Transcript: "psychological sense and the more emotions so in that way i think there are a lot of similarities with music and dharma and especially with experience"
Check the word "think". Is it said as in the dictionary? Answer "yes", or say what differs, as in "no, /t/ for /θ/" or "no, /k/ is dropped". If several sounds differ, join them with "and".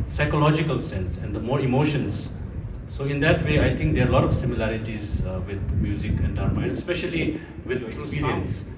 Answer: no, /t/ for /θ/